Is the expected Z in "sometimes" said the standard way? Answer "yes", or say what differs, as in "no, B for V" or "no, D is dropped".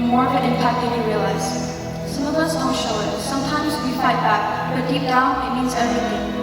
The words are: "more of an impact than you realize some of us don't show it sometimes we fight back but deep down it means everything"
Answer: yes